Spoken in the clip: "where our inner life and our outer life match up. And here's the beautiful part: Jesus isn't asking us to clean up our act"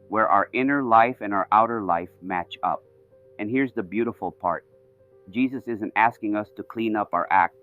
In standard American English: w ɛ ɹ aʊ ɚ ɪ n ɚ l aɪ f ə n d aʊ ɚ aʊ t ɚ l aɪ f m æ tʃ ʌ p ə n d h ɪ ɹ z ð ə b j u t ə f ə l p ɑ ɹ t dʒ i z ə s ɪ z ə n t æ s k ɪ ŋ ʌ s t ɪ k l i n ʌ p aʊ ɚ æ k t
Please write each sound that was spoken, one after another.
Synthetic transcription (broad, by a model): w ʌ ɹ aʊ ɚ ɪ n ɚ l aɪ f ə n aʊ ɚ aʊ t ɚ l aɪ f m æ tʃ ʌ p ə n h ɪ ɹ z ð ə b j u t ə f l p ɑ ɹ t dʒ i z ə s ɪ z ə n t æ s k ɪ ŋ ʌ s t ɪ k l i n ʌ p aʊ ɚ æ k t